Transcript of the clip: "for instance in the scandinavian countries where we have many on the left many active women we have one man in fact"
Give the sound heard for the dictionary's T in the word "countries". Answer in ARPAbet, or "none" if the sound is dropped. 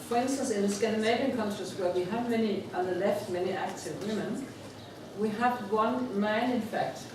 S